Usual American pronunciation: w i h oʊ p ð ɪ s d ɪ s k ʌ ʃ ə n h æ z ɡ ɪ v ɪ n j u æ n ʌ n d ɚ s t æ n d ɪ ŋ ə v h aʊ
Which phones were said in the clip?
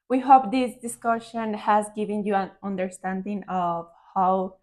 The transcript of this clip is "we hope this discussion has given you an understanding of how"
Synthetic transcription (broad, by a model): w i h oʊ p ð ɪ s d ɪ s k ʌ ʃ ə n h æ z ɡ ɪ v ɪ n j u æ n ʌ n d ɚ s t æ n d ɪ ŋ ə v h aʊ